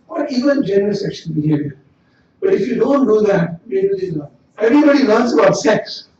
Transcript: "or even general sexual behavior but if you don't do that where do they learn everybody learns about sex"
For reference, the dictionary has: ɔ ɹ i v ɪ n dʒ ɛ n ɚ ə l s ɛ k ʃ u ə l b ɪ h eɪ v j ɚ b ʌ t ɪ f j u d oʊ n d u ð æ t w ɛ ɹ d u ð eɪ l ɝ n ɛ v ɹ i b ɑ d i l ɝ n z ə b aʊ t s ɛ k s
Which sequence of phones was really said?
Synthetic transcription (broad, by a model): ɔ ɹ i v ɪ n dʒ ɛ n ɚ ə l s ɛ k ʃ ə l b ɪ h eɪ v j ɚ b ʌ t ɪ f j u d oʊ n d u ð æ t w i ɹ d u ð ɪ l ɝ ɛ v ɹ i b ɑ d i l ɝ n s ə b aʊ t s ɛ k s